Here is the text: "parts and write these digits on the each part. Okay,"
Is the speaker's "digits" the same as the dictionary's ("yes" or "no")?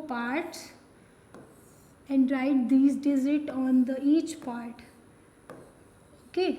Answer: no